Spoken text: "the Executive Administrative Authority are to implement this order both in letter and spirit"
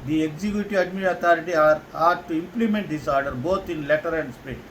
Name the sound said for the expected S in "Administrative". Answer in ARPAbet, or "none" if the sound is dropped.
none